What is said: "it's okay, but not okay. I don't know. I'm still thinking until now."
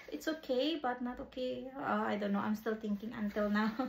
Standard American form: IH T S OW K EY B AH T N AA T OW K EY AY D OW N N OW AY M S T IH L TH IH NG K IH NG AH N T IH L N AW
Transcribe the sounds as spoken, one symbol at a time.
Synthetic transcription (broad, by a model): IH T S OW K EY B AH T N AA T OW K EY AY D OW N N OW AY M S T IH L T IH NG K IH NG AH N T IH L N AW